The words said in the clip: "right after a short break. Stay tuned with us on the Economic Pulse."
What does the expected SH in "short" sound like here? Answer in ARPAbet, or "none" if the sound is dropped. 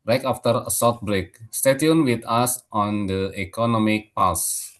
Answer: S